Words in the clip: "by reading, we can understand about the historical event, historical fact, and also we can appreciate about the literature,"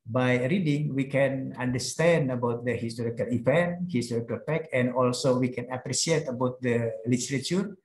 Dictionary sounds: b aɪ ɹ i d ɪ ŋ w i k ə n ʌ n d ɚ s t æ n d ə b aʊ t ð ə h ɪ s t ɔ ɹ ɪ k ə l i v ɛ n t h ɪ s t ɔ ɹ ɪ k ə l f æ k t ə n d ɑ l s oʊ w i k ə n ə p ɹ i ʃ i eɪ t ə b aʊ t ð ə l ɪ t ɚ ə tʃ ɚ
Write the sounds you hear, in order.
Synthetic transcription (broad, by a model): b aɪ ɹ i d ɪ ŋ w i k ə n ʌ n d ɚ s t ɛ n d ə b aʊ t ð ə h ɪ s t ɔ ɹ ɪ k ə l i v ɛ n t h ɪ s t ɔ ɹ ɪ k ə l p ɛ k ə n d ɑ l s oʊ w i k ə n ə p ɹ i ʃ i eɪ t ə b aʊ t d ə l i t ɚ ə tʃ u